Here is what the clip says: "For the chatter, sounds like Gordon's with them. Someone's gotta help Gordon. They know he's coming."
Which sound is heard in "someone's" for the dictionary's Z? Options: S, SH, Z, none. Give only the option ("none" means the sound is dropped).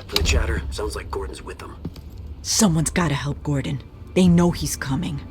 Z